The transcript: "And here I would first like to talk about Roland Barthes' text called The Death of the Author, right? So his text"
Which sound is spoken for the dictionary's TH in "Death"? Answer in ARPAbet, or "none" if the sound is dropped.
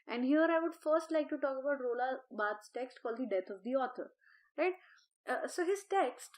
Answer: T